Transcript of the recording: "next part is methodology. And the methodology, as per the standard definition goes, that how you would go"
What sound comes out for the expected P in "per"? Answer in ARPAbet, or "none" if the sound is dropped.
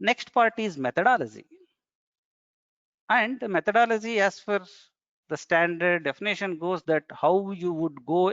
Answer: F